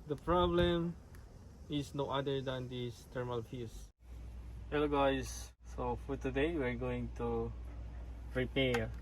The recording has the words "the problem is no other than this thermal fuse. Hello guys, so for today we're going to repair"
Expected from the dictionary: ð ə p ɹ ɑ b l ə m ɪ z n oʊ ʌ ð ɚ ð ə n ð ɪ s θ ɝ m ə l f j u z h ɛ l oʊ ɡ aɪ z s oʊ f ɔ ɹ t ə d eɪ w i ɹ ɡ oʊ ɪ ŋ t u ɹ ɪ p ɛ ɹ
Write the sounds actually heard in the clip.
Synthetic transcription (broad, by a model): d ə p ɹ ɑ b l ə m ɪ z n oʊ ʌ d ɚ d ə n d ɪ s t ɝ m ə l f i s h ɛ l oʊ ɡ aɪ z s oʊ f ɔ ɹ t ə d eɪ w i ɹ ɡ oʊ ɪ ŋ t u ɹ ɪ p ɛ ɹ